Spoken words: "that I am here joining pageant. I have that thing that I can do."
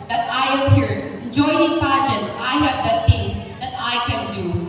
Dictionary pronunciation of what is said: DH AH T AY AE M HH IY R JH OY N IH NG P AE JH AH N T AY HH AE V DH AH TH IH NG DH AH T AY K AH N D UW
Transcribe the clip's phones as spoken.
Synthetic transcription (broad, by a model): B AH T AY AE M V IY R JH OY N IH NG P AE JH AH T AY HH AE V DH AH T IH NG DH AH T AY K AH N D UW